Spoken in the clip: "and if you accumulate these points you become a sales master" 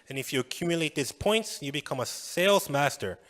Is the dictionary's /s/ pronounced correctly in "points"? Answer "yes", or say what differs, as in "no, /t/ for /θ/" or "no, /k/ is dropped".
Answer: yes